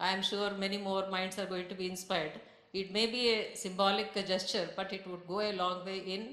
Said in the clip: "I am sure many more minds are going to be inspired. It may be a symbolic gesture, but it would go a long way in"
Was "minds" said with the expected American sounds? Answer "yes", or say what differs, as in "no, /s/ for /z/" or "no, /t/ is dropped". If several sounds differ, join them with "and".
no, /s/ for /z/